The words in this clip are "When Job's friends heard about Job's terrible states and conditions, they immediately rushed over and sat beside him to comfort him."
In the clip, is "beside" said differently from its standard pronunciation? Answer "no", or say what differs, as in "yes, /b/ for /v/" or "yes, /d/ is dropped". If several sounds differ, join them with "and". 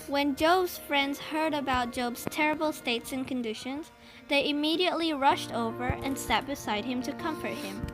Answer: no